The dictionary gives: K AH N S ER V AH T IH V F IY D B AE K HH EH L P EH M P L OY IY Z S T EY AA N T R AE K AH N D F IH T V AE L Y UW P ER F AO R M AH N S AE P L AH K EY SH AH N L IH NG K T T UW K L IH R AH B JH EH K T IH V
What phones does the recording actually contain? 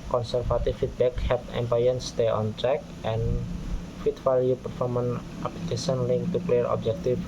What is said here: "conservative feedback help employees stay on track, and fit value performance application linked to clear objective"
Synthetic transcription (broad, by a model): K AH N S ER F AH T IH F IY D B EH K HH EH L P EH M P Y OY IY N S T EY AA N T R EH K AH N F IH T F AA L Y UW P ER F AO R M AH N AA P L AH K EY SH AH N L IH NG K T T UW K L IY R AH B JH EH K T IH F